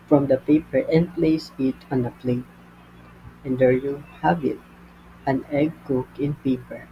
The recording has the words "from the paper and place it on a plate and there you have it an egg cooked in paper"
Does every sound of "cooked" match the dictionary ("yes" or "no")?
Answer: no